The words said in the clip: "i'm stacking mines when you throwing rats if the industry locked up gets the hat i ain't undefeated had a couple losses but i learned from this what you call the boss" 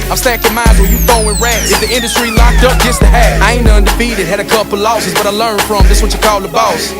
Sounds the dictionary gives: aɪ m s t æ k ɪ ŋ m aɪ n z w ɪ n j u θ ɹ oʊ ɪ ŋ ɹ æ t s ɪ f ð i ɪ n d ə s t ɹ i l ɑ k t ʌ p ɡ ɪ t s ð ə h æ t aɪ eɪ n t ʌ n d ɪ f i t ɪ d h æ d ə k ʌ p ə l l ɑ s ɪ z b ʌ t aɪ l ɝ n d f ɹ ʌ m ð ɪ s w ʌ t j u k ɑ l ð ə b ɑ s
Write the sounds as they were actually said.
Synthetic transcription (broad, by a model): aɪ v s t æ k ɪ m aɪ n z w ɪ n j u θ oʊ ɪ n ɹ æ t ɪ f ð i ɪ n d ə s t ɹ i l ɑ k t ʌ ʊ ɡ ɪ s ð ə h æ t aɪ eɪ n ʌ n d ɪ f i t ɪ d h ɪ d ə k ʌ p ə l l ɑ s ɪ z b ʌ t aɪ l ɝ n f ɹ ʌ m ð ɪ s w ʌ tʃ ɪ k ɑ l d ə b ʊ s